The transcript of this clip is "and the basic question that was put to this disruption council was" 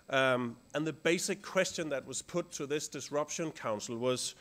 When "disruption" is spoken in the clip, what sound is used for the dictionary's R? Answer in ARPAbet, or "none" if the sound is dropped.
R